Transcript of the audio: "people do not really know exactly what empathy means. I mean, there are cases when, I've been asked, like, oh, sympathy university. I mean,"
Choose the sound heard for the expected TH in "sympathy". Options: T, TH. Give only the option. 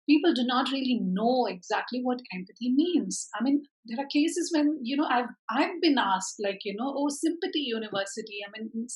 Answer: T